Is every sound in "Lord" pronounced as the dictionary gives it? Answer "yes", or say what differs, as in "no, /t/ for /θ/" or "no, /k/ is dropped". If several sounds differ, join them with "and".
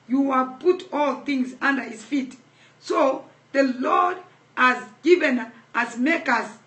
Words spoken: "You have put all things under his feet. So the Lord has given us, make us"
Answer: yes